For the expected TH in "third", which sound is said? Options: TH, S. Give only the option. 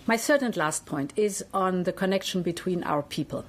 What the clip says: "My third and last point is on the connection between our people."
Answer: S